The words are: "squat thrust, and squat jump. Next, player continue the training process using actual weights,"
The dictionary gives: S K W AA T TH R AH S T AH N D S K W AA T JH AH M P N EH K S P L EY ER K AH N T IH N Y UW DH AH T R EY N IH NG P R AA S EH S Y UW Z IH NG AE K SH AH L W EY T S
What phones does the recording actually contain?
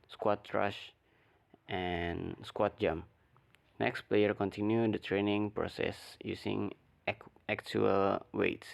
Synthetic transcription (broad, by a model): S K W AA T R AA SH T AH N S K W AA T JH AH M N EH K S P L EY ER K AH N T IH N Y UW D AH T R EY N IH NG P R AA S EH S Y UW S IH NG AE K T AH L W EY T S